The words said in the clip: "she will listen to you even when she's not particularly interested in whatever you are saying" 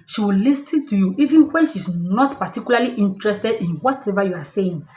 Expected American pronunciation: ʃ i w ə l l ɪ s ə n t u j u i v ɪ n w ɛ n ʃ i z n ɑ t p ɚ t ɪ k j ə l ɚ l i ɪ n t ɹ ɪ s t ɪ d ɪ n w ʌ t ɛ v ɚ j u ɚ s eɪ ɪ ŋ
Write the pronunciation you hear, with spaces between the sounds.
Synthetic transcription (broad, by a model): ʃ i w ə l l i s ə t u j u i v ɪ n w ɛ n ʃ i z n ɑ t p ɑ t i k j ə l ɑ l i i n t ɹ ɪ s t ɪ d ɪ n w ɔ t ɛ v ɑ j u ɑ s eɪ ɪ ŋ